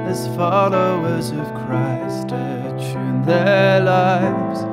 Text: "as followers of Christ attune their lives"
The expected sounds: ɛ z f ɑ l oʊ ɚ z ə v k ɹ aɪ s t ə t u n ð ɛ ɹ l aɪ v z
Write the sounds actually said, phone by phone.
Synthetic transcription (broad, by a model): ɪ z f ɑ l oʊ ɚ z ə v k ɹ aɪ s t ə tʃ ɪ n ð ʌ ɹ l aɪ v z